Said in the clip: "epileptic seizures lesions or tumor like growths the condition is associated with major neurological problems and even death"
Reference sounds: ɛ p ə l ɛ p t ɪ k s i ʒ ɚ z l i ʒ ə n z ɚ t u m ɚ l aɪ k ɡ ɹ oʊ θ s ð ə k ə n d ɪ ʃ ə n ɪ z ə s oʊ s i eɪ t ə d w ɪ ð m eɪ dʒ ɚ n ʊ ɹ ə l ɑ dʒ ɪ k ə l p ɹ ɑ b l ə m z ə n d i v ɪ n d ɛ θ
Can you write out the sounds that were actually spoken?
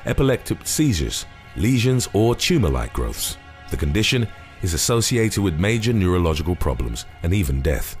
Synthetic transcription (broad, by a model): ɛ p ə l ɛ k t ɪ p s i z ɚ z l i ʒ ə n z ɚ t u m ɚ l aɪ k ɡ ɹ oʊ θ s ð ə k ə n d ɪ ʃ ə n ɪ z ə s oʊ s i eɪ t ə d w ɪ ð m eɪ dʒ ɚ n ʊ ɹ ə l ɑ dʒ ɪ k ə l p ɹ ɑ b l ə m z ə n i v ɪ n d ɛ θ